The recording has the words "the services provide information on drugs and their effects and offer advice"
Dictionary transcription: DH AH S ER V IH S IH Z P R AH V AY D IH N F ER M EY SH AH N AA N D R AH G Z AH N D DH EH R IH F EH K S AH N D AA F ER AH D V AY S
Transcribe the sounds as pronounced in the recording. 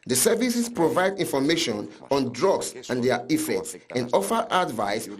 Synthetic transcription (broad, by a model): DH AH S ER V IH S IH S P R AH V AY D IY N F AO M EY SH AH N AA N D R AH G S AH N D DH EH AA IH F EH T S AH N D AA F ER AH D V AY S